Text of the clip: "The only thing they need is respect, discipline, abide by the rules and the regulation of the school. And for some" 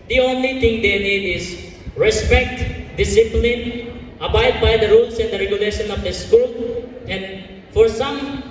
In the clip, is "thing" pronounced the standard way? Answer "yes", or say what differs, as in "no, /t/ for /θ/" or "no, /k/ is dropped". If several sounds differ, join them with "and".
no, /t/ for /θ/